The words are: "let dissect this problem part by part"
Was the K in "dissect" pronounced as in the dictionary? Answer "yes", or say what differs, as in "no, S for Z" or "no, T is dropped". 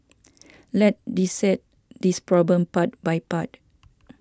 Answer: no, K is dropped